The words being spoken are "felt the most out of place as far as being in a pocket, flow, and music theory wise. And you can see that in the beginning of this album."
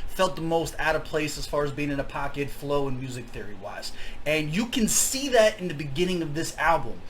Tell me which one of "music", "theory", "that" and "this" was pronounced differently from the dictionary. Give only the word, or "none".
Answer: none